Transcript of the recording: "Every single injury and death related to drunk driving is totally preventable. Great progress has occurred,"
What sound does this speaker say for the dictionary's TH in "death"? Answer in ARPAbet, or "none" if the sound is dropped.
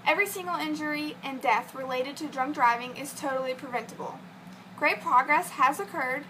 TH